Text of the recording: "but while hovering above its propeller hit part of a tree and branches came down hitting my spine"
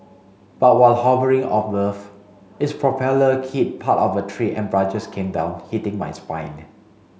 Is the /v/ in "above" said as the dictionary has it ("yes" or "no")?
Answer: no